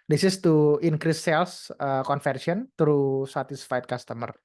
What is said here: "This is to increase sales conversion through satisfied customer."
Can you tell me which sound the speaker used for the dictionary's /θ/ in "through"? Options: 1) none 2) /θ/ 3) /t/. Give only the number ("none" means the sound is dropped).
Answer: 3